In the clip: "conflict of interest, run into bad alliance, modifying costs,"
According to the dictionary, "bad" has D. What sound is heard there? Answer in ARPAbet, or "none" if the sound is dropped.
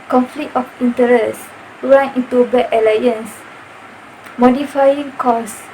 none